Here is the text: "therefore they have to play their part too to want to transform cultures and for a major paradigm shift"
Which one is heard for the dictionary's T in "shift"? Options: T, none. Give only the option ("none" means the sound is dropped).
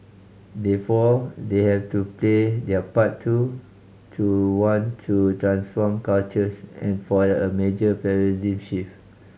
none